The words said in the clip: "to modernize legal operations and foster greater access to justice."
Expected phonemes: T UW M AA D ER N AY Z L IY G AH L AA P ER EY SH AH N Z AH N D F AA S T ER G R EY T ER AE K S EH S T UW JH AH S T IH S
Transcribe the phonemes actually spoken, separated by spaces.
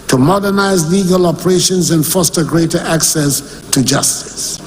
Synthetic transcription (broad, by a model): T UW M AA D ER N AY Z L IY G AH L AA P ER EY SH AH N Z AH N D F AA S T ER G R EY T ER AE K S EH S T UW JH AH S T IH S